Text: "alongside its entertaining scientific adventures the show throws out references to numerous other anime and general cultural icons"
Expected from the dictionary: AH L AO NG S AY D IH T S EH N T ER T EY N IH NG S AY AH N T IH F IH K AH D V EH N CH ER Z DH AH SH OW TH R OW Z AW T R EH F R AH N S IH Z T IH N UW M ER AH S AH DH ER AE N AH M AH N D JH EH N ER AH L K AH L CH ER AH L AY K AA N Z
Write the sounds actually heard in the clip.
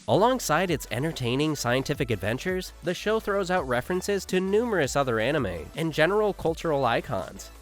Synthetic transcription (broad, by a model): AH L AO NG S AY D IH T S EH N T ER T EY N IH NG S AY AH N T IH F IH K AH D V EH N CH ER Z DH AH SH OW TH R OW Z AW T R EH F R AH N S IH Z T IH N UW M ER AH S AH DH ER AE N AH M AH N JH EH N ER L K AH L CH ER L AY K AA N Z